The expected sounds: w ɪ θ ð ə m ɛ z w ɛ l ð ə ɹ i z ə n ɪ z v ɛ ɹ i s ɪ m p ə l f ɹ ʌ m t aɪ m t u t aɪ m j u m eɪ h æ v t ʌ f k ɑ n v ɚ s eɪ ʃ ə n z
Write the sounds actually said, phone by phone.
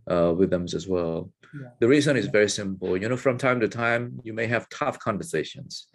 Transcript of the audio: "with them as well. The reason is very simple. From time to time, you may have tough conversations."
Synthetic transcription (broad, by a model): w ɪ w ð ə m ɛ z w ɛ l ð ə ɹ i z ə n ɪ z v ɛ ɹ i s ɪ m p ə n f ɹ ʌ m t aɪ m t u t aɪ m j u m eɪ h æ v t ʌ f k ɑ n v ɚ s eɪ ʃ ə n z